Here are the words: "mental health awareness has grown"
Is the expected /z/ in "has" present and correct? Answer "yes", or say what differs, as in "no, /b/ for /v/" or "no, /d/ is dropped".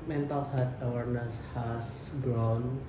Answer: no, /s/ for /z/